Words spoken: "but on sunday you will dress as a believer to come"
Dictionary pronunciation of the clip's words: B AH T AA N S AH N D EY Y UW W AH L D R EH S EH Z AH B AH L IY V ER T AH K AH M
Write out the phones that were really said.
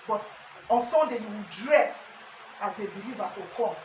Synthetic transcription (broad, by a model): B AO T AA N S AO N D EY Y UW W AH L D R EH S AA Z AH B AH L IY V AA T AH K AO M